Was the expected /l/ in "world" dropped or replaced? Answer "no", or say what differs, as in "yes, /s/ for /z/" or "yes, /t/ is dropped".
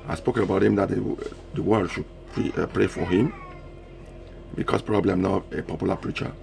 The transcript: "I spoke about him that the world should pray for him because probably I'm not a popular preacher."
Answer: yes, /w/ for /l/